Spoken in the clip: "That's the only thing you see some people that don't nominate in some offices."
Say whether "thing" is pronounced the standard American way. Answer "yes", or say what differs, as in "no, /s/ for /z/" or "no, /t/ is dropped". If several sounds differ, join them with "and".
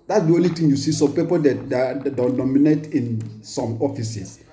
no, /t/ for /θ/